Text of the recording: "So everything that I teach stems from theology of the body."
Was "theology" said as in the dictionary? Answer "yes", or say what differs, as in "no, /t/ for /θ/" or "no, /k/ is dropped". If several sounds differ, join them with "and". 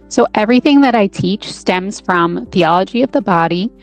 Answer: yes